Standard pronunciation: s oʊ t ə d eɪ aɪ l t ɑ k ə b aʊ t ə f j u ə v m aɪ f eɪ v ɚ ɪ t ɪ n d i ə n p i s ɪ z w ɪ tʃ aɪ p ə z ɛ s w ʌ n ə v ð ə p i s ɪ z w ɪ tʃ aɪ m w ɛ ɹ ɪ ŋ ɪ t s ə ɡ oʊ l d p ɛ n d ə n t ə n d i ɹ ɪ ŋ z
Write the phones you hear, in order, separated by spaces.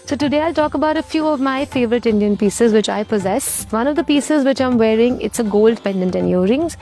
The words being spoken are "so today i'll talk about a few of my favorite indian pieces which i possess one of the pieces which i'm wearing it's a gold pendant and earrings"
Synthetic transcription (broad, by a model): s oʊ t ə d eɪ aɪ l t ɑ k ə b aʊ t ə f j u ə v m aɪ f eɪ v ɚ ɪ t ɪ n d i ə n p i s ɪ z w ɪ tʃ aɪ p ə z ɛ s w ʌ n ə v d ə p i s ɪ z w ɪ tʃ aɪ m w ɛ ɹ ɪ ŋ ɪ t s ə ɡ oʊ l d p ɛ n d ə n t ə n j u ɹ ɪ ŋ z